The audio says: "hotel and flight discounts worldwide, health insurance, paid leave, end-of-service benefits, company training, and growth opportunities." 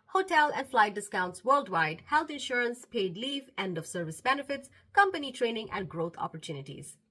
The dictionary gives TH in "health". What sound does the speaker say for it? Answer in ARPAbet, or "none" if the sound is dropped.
T